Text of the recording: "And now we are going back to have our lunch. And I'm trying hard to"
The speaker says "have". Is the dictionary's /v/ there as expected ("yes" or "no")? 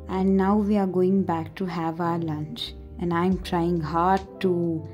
yes